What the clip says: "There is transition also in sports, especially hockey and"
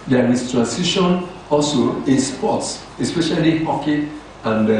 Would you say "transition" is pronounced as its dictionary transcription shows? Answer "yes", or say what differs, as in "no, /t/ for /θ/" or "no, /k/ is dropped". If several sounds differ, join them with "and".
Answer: no, /s/ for /z/